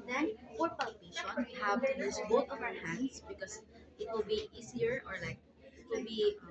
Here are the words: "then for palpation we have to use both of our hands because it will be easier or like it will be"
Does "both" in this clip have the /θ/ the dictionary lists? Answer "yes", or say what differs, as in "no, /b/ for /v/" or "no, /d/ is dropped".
no, /t/ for /θ/